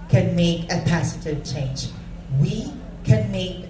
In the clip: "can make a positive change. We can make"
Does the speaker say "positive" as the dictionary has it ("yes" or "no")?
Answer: no